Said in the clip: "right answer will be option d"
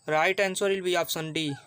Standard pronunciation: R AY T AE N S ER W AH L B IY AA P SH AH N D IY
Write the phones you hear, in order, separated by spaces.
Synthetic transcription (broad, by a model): R AY T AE N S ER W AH L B IY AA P S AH N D IY